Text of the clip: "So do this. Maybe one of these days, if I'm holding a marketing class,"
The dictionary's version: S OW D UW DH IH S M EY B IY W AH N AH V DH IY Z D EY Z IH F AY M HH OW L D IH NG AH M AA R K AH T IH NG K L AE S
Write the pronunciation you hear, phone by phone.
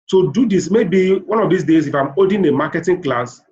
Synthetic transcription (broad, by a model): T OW D UW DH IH S M EY B IY W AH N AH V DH IY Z D EY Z IH F AY M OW D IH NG AH M AA K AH T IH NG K L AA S